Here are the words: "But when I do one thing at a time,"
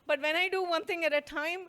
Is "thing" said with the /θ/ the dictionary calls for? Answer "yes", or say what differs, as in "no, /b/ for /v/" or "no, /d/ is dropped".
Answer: no, /t/ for /θ/